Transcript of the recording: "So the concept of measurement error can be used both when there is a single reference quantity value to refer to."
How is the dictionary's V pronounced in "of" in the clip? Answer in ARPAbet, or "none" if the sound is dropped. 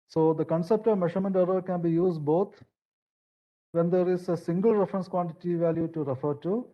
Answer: V